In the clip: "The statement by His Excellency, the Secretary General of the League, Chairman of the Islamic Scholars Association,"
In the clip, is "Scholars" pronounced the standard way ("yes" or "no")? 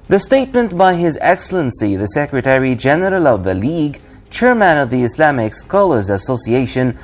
yes